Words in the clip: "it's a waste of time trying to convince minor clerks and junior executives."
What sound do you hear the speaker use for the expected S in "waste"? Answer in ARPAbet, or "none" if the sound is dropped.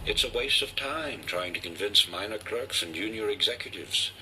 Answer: S